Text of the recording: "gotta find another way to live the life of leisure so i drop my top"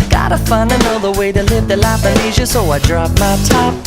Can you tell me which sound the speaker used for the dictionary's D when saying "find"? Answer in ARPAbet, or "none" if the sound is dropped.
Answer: none